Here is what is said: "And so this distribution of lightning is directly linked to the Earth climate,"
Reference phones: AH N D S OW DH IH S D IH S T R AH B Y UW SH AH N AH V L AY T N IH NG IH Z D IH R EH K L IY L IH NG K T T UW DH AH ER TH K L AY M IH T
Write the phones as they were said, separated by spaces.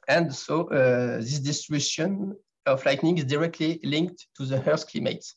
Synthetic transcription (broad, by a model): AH N D S OW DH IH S D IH S T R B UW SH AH N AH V L AY T N IH NG IH Z D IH R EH K L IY L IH NG K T T UW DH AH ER S K L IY M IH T